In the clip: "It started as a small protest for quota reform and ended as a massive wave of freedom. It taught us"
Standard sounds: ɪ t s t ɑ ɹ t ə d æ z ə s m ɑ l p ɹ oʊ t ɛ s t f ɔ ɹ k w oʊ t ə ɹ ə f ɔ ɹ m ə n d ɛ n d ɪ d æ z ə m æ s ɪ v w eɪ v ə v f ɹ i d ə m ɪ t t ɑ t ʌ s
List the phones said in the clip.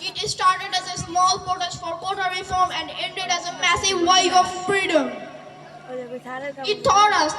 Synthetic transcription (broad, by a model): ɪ t s t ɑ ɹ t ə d æ z ə s m ɑ l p oʊ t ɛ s f ɔ ɹ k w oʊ t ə ɹ ə f ɔ ɹ m ə n d ɛ n d ɪ d æ z ə m æ s ɪ v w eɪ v ə v f ɹ i d ə m ɪ t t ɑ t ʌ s